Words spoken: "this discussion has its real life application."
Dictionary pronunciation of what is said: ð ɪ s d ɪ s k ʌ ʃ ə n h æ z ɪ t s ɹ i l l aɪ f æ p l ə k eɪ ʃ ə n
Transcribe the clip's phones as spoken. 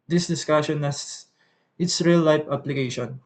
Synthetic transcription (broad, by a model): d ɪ s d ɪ s k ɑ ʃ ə n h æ s ɪ t s ɹ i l l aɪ p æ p l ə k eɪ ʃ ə n